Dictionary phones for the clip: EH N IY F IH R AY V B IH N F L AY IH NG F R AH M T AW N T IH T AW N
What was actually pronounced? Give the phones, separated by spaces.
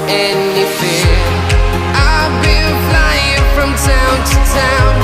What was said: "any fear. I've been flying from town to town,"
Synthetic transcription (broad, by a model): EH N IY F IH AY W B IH L F L AY IH NG F R AH M T AW N T IH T AW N